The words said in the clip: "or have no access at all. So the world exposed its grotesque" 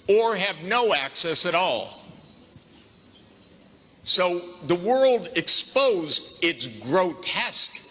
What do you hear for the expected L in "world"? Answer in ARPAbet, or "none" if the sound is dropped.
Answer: L